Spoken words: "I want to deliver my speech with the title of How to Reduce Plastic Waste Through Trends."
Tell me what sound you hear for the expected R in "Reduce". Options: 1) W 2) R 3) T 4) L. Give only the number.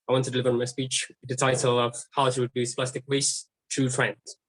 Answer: 1